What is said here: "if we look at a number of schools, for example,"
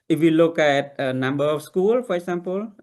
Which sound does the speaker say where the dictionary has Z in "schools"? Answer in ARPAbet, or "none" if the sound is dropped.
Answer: none